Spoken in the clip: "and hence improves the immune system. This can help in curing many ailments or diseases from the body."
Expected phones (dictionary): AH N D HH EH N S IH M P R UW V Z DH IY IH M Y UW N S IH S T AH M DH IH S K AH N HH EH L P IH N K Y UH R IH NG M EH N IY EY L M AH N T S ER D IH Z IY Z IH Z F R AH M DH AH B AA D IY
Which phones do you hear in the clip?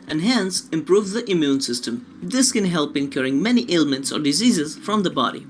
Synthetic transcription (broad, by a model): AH N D HH EH N S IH M P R UW V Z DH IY IH M Y UW N S IH S T AH M DH IH S K AH N HH EH L P IH N K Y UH R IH NG M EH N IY EY L M AH N T S ER D IH Z IY Z IH Z F R AH M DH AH B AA D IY